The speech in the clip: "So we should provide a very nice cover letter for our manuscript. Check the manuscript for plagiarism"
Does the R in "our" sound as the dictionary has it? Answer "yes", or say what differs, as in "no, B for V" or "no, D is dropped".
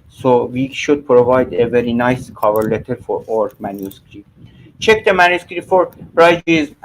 yes